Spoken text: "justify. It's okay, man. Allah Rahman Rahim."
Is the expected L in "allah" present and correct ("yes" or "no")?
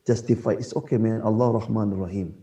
yes